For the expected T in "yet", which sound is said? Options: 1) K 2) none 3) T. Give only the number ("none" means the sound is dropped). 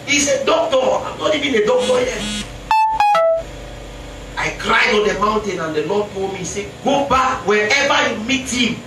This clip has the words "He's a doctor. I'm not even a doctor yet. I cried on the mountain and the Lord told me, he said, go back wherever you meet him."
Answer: 2